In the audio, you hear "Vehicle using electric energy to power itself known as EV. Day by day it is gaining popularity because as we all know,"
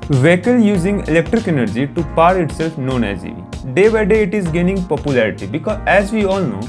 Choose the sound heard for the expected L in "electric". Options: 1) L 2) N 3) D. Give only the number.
1